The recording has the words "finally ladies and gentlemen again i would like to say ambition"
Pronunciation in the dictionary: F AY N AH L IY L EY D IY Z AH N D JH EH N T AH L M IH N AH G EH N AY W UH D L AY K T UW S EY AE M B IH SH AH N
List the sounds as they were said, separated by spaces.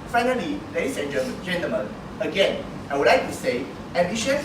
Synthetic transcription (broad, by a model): F AY N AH L IY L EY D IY S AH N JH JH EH N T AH M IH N AH G EH N AY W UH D L AY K T UW S EY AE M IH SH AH